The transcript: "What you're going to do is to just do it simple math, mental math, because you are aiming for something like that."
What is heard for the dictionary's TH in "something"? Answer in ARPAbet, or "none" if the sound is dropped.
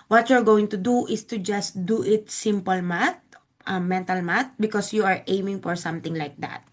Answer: T